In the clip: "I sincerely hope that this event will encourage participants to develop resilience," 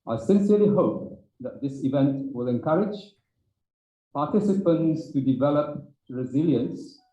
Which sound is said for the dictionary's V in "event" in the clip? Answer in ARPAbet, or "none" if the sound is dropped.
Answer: V